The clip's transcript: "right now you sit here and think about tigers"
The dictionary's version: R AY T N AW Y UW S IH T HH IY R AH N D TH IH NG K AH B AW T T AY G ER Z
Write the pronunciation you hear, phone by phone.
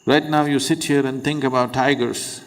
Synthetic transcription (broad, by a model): R AY T N AW Y UW S IH T HH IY R AH N D T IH NG K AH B AW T T AY G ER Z